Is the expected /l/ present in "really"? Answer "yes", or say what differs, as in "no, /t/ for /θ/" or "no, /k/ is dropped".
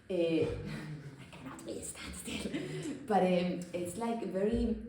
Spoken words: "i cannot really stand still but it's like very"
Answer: no, /l/ is dropped